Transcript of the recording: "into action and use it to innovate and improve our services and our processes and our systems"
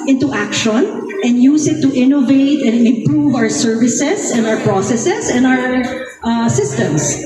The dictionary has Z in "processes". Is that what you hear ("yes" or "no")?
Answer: no